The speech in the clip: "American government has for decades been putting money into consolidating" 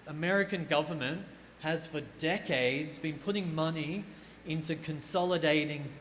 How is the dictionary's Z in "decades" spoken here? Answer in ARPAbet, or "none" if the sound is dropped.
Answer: Z